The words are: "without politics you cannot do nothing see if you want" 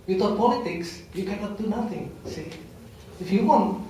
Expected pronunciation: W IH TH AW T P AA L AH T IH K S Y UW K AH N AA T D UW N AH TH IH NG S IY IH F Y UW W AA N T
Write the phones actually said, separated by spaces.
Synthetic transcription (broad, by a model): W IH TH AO P AA L AH T IH K S Y UW K AH N AA T D UW N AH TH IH NG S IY IH F Y UW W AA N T